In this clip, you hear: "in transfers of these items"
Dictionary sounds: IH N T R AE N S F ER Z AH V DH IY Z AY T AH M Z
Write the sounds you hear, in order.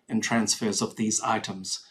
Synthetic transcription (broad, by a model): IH N T R AE N S F ER Z AH V DH IY Z AY T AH M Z